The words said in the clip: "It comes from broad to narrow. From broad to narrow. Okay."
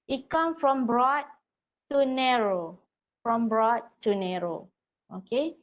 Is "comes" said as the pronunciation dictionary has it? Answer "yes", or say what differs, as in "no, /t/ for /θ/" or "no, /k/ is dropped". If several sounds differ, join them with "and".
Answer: no, /z/ is dropped